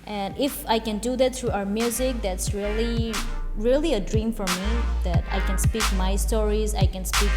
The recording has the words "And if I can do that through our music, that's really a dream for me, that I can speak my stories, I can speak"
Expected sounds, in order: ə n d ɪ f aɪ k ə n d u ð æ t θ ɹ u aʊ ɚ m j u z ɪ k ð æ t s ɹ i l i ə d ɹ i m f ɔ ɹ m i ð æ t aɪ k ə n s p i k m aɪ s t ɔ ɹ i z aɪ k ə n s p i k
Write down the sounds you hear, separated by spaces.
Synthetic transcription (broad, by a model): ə n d ɪ f aɪ k ə n d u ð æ t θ ɹ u aʊ ɚ m j u z ɪ k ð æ t s ɹ i l i ə d ɹ i m f ɔ ɹ m i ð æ t aɪ k ə n s p i k m aɪ s t ɔ ɹ i z aɪ k ə n s p i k